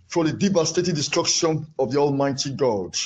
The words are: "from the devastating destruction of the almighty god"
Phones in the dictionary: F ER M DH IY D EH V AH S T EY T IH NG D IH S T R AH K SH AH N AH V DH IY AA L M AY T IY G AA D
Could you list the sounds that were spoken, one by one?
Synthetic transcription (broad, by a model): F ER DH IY D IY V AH S T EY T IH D D IH S T R AH K SH AH N AH V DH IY AA L M AY T IY G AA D